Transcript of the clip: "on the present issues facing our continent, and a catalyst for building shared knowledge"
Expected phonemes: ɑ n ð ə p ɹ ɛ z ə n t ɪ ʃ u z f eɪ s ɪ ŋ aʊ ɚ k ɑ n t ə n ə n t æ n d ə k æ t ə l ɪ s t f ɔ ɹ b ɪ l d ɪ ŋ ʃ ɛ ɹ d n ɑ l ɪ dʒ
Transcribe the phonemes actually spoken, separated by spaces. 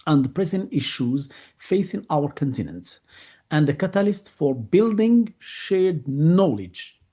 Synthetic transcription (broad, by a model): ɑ n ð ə p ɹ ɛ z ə n t ɪ ʃ u z f eɪ s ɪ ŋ aʊ ɚ k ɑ n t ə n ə n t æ n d ə k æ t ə l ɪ s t f ɔ ɹ b ɪ l d ɪ ŋ ʃ ɛ ɹ d n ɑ l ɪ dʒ